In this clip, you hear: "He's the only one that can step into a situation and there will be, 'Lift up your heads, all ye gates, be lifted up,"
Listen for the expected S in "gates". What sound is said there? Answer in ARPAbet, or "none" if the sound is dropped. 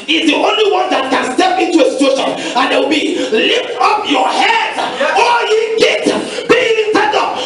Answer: none